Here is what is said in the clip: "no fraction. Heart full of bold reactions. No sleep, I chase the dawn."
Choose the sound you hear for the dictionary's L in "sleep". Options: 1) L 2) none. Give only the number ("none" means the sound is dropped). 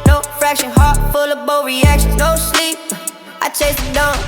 1